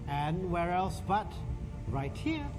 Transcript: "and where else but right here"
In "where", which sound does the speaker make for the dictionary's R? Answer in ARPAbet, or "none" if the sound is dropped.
R